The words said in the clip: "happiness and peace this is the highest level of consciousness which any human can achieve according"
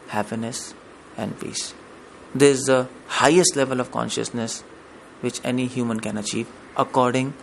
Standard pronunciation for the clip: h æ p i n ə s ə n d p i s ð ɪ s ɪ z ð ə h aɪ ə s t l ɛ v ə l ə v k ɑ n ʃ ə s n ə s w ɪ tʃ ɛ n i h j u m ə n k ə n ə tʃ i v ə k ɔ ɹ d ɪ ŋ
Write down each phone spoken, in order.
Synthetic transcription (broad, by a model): h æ p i n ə s ə n d p i s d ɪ ɪ z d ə h aɪ ə s t l ɛ v ə l ə v k ɑ n ʃ ə s n ə s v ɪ tʃ ɛ n i h j u m ə n k ə n ə tʃ i v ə k ɔ ɹ d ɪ ŋ